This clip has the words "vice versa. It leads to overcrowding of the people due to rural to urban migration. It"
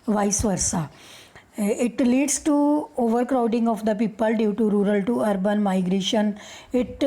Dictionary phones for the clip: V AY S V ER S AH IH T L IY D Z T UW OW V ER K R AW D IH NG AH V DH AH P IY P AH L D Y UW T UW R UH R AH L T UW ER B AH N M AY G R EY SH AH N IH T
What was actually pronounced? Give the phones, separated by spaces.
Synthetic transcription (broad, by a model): V AY S V ER S AH IH T L IY D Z T UW OW V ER K R AW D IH NG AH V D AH P IY P AH L D Y UW T UW R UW R AH L T UW ER B AH N M AY G R EY SH AH N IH T